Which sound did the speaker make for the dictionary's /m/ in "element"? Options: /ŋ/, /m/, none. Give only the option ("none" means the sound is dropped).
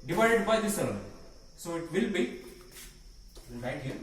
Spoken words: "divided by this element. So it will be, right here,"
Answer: none